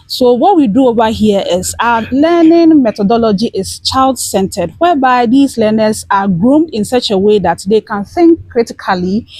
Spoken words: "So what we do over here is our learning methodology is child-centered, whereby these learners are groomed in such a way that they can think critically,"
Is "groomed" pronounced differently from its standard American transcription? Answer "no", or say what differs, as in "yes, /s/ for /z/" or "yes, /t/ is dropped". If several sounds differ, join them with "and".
no